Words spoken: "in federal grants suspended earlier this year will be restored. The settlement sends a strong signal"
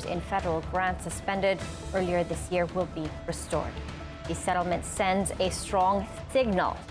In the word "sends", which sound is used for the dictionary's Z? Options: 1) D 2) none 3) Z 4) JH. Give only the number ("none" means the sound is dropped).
3